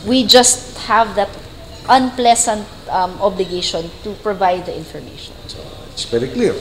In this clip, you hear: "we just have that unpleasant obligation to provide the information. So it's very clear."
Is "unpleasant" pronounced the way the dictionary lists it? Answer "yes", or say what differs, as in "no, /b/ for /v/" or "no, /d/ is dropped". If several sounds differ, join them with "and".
no, /s/ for /z/